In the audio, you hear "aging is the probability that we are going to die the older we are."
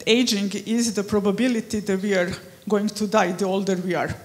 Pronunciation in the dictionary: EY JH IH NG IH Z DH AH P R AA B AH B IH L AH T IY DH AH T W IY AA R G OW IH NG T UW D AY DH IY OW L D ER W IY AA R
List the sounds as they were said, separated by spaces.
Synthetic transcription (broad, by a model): EY JH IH NG IH Z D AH P R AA B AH B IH L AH T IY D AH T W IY AA R G OW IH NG T UW D AY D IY OW L D ER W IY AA R